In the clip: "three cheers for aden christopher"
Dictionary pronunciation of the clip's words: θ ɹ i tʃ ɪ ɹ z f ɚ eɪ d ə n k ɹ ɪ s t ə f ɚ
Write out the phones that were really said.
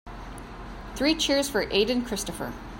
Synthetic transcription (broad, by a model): θ ɹ i tʃ ɪ ɹ z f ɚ eɪ d ə n k ɹ ɪ s t ə f ɚ